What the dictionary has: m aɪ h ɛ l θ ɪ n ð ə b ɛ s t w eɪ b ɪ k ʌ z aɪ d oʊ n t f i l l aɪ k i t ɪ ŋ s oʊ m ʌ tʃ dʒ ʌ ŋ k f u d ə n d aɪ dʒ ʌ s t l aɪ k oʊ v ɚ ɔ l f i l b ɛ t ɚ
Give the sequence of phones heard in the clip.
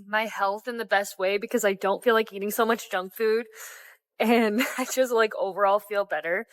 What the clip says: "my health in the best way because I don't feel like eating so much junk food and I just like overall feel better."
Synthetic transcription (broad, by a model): m aɪ h ɛ l θ ɪ n ð ə b ɛ s t w eɪ b ɪ k ʌ z aɪ d oʊ n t f i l l aɪ k i t ɪ ŋ s oʊ m ʌ tʃ dʒ ʌ ŋ k f u d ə n aɪ dʒ ʌ s t l aɪ k oʊ v ɚ ɔ l f i l b ɛ t ɚ